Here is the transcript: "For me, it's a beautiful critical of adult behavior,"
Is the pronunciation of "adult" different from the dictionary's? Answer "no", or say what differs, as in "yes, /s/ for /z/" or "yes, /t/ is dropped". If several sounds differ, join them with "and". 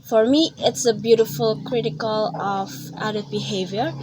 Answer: yes, /l/ is dropped